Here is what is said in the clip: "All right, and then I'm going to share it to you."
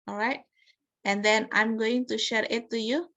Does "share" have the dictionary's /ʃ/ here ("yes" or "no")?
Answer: yes